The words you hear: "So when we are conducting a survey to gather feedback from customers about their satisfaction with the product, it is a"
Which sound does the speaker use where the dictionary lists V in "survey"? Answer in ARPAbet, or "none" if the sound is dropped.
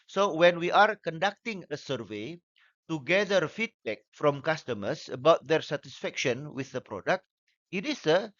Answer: V